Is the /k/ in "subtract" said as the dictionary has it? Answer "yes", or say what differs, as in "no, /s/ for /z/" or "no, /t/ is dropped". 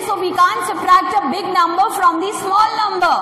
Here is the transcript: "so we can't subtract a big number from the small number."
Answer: no, /k/ is dropped